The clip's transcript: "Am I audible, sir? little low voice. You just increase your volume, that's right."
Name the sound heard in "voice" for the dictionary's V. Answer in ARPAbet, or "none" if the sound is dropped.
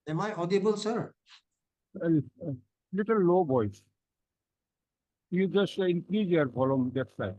B